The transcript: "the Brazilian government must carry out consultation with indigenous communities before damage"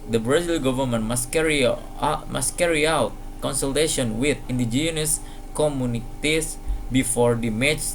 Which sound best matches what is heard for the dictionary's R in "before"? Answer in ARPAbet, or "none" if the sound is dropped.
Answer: R